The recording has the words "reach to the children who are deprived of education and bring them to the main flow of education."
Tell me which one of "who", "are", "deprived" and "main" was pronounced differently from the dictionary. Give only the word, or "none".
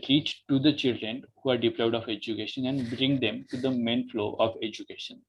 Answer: deprived